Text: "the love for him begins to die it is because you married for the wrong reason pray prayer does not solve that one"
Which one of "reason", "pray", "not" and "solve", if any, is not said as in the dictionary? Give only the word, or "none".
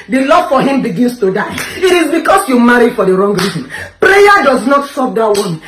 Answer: solve